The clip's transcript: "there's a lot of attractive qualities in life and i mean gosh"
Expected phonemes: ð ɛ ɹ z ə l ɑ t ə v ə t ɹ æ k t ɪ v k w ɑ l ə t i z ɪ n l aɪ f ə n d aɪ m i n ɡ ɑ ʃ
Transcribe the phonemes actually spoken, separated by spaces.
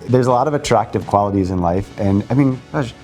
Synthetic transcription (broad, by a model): ð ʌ ɹ z ə l ɑ t ə v ə t ɹ æ k t ɪ v k w ɑ l ə t i z ɪ n l aɪ f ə n aɪ m i n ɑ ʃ